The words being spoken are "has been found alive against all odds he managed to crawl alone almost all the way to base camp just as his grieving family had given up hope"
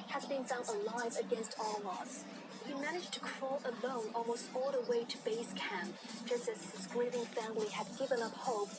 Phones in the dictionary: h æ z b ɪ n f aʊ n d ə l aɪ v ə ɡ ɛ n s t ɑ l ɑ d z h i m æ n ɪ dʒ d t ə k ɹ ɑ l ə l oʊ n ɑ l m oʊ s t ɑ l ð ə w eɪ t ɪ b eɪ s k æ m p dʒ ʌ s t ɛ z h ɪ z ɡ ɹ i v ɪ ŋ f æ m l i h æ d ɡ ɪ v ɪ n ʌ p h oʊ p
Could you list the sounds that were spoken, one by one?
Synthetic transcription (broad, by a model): h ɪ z b ɪ n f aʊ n ə l aɪ v ə ɡ ɛ n s t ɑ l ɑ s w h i m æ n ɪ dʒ t ə k ɹ ɑ l ə l oʊ n ɑ l m oʊ s t ɑ l ð ə w eɪ t ɪ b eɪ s k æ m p dʒ ʌ s t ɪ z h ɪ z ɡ ɹ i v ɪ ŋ f æ m l i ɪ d ɡ ɪ v ɪ n ʌ p h oʊ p